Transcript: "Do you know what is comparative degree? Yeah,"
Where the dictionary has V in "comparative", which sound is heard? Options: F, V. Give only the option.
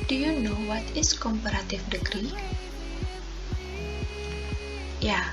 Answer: F